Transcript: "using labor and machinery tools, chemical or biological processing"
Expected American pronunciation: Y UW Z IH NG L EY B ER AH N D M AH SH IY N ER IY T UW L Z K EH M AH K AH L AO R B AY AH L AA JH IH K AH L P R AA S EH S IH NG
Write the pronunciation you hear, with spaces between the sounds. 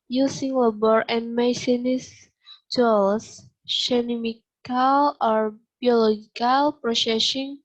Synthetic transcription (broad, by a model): Y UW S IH NG L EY B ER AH N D M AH S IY N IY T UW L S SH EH M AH K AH L AO R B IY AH L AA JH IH K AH L P R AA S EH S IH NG